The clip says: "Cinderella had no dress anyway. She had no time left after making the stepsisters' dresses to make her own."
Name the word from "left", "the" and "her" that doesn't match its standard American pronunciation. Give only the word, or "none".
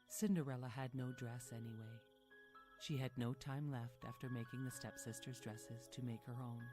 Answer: none